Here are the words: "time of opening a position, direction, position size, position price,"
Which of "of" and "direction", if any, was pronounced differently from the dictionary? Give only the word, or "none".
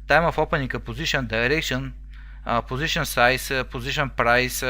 of